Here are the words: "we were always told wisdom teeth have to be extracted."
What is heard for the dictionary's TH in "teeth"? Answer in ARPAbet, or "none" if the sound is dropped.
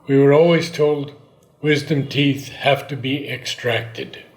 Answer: TH